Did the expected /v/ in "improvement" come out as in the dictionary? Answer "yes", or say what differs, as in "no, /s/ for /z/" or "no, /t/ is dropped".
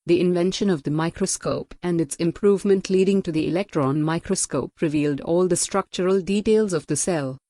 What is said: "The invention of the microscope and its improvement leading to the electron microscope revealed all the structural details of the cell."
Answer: yes